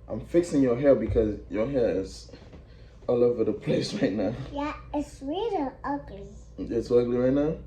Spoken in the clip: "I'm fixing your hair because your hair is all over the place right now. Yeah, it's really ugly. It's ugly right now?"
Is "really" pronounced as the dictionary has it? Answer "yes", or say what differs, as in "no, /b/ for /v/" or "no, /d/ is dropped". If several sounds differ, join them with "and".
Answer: no, /w/ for /ɹ/